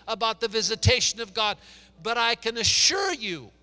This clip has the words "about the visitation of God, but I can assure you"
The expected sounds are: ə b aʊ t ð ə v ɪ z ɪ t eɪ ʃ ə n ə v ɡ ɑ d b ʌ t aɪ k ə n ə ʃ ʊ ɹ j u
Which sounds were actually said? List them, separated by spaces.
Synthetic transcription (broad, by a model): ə b aʊ t ð ə v ɪ z ɪ t eɪ ʃ ə n ə v ɡ ɑ d b ʌ t aɪ k ə n ə ʃ ʊ ɹ j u